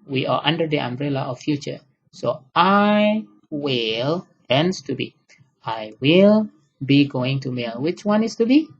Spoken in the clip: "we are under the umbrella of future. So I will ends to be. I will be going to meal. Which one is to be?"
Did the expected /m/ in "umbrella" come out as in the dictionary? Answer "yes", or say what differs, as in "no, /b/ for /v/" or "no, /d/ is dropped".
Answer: yes